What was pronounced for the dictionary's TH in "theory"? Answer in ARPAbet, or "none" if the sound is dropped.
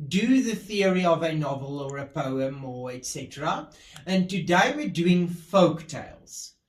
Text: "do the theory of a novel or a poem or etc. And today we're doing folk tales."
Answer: TH